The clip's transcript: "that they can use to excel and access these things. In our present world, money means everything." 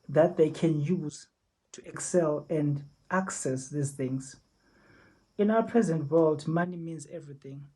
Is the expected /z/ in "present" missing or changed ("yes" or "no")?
no